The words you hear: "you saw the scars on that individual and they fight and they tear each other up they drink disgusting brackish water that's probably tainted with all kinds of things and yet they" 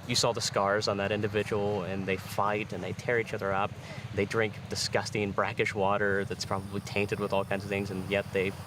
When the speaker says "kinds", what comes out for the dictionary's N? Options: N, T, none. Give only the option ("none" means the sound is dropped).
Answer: N